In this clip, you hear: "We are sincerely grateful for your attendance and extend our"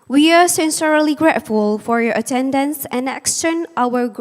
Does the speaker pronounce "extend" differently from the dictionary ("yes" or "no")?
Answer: yes